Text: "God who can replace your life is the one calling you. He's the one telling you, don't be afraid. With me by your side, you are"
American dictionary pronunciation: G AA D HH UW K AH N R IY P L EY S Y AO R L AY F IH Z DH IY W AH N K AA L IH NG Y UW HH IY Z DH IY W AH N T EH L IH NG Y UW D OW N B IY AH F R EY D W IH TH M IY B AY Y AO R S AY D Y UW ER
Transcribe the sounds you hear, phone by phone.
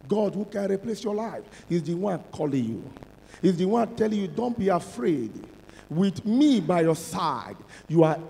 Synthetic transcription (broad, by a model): G AA D HH UW K AH N R IY P L EY S Y AO L AY F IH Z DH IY W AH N K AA L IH Y UW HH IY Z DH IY W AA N T EH L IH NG Y UW D OW N B IY AH F R EY D W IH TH M IY B AY Y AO S AY D Y UW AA